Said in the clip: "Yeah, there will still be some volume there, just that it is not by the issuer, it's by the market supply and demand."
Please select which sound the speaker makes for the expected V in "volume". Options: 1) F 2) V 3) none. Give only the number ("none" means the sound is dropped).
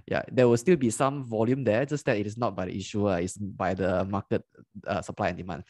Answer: 2